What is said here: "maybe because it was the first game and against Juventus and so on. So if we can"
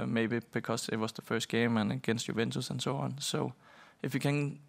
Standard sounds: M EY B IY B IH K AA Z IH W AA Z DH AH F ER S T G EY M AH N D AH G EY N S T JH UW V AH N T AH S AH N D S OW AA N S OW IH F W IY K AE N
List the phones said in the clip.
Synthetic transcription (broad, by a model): M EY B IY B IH K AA S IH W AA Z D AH F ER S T G EY M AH N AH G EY N S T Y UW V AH N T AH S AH N S OW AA N S OW IH F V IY K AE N